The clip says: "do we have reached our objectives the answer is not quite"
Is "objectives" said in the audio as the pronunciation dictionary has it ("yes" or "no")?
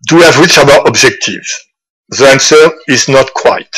yes